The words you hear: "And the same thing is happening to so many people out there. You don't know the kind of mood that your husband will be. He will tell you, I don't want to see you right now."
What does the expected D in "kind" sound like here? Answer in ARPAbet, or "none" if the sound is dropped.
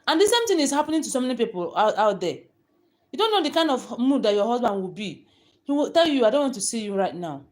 D